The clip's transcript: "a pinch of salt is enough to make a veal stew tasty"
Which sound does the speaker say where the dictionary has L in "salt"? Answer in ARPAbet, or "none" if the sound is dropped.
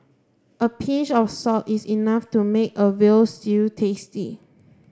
none